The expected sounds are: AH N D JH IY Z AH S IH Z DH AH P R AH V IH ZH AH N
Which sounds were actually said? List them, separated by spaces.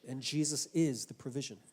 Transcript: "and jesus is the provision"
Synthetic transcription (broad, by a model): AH N JH IY Z AH S IH Z DH AH P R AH V IH ZH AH N